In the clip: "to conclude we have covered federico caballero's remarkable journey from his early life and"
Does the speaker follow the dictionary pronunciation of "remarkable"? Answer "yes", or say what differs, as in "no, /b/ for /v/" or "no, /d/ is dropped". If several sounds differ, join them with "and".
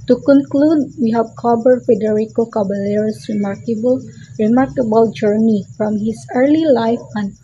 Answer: yes